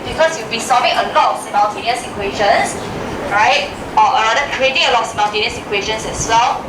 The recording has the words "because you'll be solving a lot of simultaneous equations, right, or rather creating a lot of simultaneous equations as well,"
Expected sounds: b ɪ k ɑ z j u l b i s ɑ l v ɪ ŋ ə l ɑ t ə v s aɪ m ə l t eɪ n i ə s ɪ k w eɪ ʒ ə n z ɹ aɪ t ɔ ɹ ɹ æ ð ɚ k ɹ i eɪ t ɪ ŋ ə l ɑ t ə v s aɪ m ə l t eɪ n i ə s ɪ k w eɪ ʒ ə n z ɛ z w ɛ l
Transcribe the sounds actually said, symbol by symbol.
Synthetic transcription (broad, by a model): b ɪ k ɑ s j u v b i s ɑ v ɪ ŋ ə l ɑ t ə f s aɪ m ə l t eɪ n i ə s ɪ k w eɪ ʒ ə n s ɹ aɪ t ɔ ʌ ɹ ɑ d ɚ k ɹ i eɪ t ɪ ŋ ə l ɑ t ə f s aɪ m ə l t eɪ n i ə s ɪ k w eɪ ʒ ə n s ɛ s w ɛ l